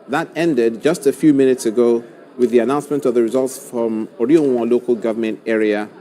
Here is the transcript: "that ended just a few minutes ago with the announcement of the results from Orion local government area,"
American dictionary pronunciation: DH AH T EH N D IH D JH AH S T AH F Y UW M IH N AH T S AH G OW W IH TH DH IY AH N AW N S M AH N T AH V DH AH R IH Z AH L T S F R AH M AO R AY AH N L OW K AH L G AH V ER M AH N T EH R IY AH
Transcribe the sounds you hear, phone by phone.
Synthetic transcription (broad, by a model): DH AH T EH N D IH D JH AH S T AH F Y UW M IH N AH T S AH G OW W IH DH IY AH N AW N S M AH N T AH V DH AH R IH Z AH L T S F R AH M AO R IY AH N L OW K AH L G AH V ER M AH N T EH R IY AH